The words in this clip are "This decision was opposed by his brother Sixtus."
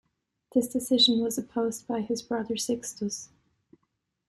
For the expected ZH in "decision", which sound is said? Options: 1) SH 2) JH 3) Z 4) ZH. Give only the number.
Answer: 4